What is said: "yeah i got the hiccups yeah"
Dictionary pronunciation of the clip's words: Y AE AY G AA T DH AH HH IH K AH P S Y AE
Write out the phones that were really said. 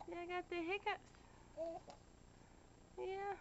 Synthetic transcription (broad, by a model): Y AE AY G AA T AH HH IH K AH S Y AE